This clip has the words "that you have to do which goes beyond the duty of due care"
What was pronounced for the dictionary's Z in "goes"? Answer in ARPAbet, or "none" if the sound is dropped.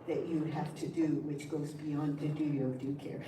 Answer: Z